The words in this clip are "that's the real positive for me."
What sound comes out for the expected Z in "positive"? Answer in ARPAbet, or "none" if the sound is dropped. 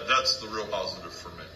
Z